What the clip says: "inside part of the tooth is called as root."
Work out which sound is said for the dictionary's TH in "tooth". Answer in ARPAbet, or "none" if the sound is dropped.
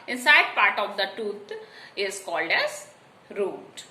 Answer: T